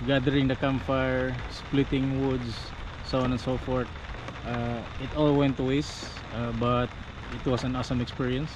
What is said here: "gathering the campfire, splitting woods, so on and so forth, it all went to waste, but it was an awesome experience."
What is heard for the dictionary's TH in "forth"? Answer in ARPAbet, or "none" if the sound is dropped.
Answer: T